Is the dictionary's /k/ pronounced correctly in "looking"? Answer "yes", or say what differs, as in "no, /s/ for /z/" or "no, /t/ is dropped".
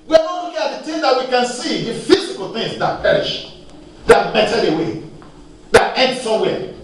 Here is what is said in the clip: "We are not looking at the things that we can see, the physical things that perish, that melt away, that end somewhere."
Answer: no, /k/ is dropped